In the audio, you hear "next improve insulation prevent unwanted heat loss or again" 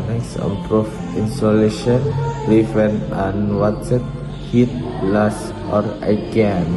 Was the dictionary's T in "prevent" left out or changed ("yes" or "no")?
yes